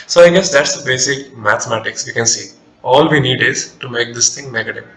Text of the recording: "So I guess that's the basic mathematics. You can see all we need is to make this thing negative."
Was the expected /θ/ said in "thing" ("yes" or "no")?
no